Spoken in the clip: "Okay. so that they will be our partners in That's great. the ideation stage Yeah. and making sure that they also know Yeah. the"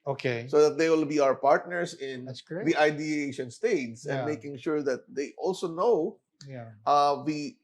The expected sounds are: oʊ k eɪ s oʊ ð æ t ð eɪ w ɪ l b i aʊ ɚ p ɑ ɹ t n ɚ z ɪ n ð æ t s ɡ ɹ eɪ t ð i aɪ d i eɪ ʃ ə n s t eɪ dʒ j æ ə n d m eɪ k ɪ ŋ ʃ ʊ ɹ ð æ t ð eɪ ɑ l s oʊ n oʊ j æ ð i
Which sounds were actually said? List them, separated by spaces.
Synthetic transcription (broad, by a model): oʊ k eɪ s oʊ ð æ t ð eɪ w ɪ l b i aʊ ɚ p ɑ ɹ t n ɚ s ɪ n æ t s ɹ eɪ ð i aɪ d i eɪ ʃ ə n s t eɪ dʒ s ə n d m eɪ k ɪ ŋ ʃ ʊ ɹ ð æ t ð eɪ ɑ l s oʊ n oʊ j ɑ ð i